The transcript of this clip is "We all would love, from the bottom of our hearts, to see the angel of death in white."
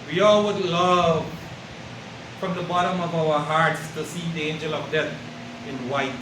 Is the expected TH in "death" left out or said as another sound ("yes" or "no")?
yes